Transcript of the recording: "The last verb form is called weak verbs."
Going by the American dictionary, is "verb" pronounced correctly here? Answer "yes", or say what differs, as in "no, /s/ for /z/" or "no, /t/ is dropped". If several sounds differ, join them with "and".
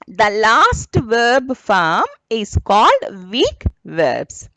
yes